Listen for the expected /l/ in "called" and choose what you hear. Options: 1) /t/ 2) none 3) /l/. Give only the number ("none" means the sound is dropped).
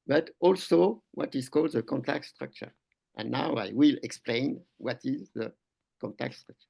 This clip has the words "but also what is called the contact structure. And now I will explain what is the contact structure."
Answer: 3